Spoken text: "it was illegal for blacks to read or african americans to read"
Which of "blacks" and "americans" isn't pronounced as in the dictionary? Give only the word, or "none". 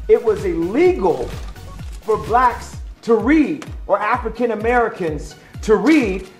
none